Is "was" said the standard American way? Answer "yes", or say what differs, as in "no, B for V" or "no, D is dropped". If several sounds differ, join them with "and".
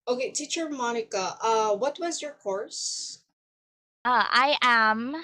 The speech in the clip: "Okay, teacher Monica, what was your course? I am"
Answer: yes